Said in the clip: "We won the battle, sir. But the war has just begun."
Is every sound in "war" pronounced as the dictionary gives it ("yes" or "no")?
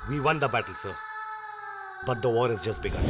yes